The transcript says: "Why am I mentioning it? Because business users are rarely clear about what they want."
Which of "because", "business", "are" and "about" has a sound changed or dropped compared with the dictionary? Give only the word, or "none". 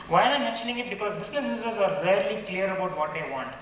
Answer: business